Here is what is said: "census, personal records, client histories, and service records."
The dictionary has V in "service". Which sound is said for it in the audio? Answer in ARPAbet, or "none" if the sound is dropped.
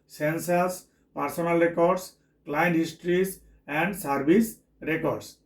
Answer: B